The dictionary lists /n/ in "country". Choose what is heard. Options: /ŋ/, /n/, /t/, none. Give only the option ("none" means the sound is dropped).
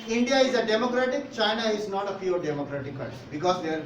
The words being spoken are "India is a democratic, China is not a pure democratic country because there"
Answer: none